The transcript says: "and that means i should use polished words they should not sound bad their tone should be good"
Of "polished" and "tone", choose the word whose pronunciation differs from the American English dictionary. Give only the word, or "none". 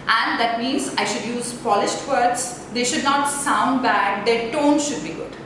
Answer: none